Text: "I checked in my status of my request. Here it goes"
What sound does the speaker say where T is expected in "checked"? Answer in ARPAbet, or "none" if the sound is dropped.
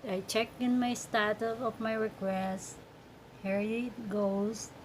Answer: none